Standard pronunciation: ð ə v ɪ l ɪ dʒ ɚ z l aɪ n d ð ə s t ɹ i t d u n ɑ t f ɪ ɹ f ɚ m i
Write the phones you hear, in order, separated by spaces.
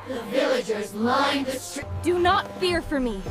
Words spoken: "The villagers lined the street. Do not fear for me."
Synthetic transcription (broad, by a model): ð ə v ɪ l ɪ dʒ ɚ z l aɪ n ð ə s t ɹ d u n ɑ t f ɪ ɹ f ɚ m i